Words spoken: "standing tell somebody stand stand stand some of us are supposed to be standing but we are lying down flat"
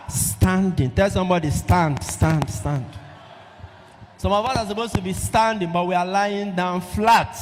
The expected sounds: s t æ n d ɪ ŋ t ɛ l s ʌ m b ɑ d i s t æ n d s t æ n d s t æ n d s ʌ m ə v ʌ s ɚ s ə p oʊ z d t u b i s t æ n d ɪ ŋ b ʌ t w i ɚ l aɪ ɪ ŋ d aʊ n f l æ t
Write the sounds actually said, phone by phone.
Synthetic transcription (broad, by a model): s t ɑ n d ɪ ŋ t ɛ l s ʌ m b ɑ d i s t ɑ n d s t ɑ n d s t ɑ n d s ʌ m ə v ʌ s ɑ s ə p oʊ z t u b i s t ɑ n d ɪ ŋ b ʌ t w i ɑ l aɪ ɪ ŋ d aʊ n f l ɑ t